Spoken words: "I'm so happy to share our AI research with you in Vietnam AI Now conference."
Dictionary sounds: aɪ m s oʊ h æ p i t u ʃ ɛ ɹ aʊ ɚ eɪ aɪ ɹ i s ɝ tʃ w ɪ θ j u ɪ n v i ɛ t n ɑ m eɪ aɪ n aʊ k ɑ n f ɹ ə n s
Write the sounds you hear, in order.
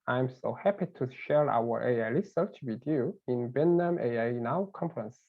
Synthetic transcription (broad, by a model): aɪ m s oʊ h æ p i t u ʃ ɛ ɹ aʊ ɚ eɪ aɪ l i s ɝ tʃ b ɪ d j u ɪ n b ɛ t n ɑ m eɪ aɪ n aʊ k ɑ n f ɹ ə n s